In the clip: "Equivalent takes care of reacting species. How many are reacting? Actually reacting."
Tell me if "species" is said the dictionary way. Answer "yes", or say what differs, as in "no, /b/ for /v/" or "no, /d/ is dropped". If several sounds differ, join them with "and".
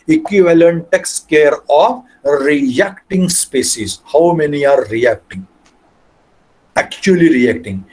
no, /s/ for /ʃ/